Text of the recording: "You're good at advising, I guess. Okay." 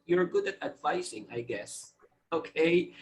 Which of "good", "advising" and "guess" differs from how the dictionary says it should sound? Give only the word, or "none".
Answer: advising